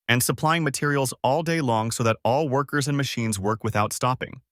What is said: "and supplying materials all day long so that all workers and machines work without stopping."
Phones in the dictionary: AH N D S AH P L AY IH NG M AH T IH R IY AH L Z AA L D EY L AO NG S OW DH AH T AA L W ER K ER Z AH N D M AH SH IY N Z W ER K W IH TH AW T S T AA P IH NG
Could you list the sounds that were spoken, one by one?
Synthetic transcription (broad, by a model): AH N S AH P L AY IH NG M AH T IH R IY L Z AA L D EY L AO NG S OW DH AH T AA L W ER K ER Z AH N M AH SH IY N Z W ER K W IH TH AW T S T AA P IH NG